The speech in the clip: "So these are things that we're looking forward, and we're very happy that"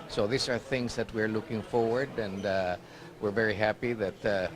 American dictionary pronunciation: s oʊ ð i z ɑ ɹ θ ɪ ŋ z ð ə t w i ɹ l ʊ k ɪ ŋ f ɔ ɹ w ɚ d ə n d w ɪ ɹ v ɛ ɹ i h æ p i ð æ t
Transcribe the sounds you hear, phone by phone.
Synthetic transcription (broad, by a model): s oʊ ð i s ɑ ɹ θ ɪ ŋ s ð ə t w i ɹ l ʊ k ɪ ŋ f ɔ ɹ w ɚ d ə n d w ɪ ɹ v ɛ ɹ i h æ p i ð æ t